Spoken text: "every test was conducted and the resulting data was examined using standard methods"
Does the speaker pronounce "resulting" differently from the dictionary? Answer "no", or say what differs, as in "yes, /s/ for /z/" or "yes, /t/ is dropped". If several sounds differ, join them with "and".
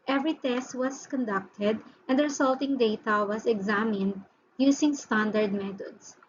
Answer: yes, /s/ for /z/